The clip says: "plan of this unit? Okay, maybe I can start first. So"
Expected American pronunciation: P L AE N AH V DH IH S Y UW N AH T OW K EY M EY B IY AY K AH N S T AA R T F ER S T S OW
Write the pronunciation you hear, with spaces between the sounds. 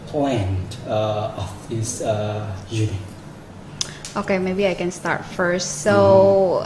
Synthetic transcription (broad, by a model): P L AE N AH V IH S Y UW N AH T OW K EY M EY B IY AY K AH N S T AA R T F ER S T S OW